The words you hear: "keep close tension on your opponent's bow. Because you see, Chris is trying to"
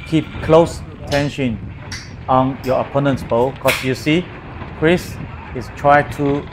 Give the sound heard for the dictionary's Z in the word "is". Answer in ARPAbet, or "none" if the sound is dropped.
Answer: S